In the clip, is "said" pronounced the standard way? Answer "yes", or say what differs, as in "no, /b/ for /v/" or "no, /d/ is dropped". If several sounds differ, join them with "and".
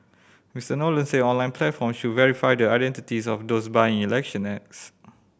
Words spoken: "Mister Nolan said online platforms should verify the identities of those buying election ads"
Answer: no, /d/ is dropped